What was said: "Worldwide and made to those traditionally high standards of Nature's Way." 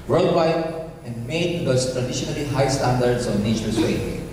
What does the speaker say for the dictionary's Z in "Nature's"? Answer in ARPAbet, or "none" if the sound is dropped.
S